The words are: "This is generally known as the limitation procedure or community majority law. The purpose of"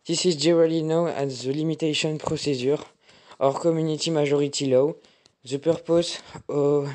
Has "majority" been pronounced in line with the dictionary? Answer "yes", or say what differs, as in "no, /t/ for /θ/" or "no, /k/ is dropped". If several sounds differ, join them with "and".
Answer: no, /ʒ/ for /dʒ/